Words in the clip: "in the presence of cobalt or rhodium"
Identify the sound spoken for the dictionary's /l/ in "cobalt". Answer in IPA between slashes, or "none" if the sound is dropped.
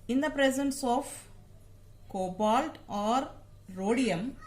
/l/